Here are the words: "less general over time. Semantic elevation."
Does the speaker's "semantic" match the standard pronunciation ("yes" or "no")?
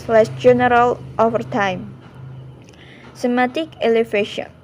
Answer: no